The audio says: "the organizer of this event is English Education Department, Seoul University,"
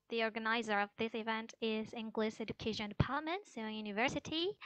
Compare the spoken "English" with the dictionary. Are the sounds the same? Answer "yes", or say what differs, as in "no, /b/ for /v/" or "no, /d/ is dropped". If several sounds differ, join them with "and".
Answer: no, /s/ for /ʃ/